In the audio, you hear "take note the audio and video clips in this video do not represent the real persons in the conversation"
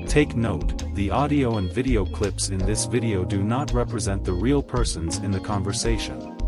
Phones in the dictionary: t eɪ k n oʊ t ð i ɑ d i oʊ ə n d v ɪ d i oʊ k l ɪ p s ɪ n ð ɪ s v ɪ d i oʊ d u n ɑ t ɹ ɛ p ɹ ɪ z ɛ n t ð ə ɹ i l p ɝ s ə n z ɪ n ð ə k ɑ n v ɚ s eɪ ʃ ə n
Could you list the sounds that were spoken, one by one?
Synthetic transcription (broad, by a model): t eɪ k n oʊ t ð i ɑ d i oʊ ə n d v ɪ d i oʊ k l ɪ p s ɪ n ð ɪ s v ɪ d i oʊ d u n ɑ t ɹ ɛ p ɹ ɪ z ɛ n ð ə ɹ i l p ɝ s ə n z ɪ n ð ə k ɑ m v ɚ s eɪ ʃ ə n